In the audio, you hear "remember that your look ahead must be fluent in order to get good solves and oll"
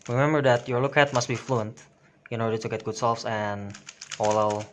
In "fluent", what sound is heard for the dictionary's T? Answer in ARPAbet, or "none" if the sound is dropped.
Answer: T